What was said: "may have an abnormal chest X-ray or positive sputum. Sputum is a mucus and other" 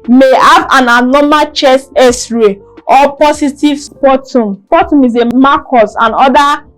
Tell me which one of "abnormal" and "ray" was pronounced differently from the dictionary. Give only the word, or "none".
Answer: abnormal